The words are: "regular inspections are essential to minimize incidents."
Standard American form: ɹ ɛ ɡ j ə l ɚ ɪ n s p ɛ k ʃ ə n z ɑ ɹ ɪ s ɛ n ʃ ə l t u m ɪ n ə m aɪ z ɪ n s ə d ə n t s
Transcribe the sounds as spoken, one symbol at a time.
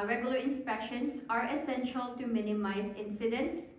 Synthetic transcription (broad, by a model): ɹ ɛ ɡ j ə l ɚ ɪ n s p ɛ k ʃ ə n s ɑ ɹ ɪ s ɛ n ʃ ə l t u m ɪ n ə m aɪ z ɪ n s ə d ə n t s